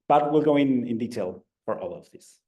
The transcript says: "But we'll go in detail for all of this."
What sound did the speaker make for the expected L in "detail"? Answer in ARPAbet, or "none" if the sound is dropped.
L